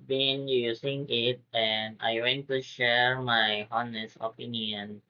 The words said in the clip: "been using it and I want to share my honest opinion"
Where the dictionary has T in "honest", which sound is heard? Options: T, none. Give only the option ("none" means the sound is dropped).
none